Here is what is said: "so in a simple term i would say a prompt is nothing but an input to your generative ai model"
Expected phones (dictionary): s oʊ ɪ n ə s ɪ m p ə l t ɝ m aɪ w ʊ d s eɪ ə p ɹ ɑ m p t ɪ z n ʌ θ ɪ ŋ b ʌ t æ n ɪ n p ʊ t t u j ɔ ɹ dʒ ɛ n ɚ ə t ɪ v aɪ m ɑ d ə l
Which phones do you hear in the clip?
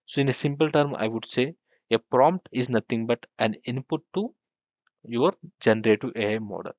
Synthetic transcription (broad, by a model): s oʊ ɪ n ə s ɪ m p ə l t ɝ m aɪ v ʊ d s eɪ ə p ɹ ɑ m p t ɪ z n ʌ t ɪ ŋ b ʌ t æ n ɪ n p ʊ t t u j ɔ ɹ dʒ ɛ n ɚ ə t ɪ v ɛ m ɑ d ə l